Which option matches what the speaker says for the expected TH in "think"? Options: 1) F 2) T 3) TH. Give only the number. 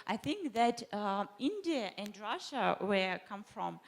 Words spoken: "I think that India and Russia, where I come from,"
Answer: 3